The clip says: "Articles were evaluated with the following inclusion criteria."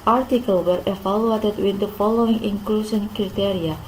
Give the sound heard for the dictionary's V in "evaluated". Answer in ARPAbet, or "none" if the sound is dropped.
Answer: F